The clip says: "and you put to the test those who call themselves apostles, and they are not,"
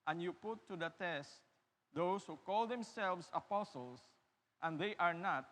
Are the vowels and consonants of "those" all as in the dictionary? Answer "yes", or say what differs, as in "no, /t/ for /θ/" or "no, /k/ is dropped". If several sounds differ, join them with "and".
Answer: no, /s/ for /z/